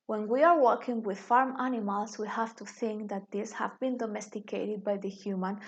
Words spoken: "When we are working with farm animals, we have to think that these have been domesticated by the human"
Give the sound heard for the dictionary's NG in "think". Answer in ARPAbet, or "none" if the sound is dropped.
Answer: NG